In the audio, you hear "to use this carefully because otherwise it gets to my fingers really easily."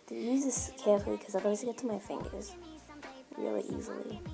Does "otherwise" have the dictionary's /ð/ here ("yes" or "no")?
no